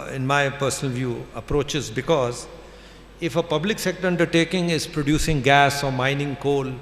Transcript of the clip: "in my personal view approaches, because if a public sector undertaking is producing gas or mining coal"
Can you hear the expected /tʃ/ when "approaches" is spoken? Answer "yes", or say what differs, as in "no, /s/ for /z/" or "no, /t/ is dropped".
yes